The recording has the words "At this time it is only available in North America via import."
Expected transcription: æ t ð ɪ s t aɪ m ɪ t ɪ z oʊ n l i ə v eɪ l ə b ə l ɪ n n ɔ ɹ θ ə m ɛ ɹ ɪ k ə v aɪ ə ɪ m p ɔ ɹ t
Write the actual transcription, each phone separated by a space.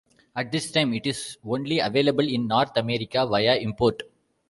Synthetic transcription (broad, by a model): æ t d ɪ s t aɪ m ɪ t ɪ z oʊ n l i ə v eɪ l ə b ə l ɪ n n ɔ ɹ t ə m ɛ ɹ ɪ k ə v aɪ ə ɪ m p ɔ ɹ t